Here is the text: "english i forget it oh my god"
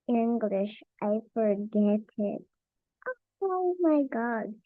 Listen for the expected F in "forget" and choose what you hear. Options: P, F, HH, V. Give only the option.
F